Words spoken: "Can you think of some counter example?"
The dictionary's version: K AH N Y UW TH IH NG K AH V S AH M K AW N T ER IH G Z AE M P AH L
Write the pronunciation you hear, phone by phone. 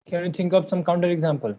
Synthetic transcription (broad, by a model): K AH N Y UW T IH NG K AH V S AH M K AW N T ER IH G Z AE M P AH L